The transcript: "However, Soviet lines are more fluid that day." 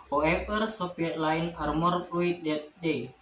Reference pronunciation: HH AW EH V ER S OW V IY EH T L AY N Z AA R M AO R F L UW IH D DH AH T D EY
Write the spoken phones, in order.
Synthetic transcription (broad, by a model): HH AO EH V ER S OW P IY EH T L AY N AA R M AO R P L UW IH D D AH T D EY